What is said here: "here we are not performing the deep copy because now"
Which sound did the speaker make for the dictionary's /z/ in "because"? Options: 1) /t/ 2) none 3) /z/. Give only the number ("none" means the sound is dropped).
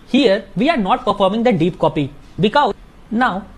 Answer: 2